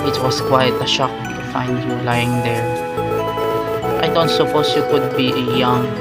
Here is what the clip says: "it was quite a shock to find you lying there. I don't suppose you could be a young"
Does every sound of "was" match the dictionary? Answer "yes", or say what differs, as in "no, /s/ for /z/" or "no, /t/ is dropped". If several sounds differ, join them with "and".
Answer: no, /s/ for /z/